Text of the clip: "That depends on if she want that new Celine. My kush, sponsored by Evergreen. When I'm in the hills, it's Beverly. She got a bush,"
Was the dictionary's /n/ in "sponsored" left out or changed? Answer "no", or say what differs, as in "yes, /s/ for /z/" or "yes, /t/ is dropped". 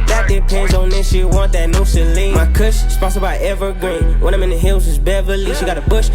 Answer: yes, /n/ is dropped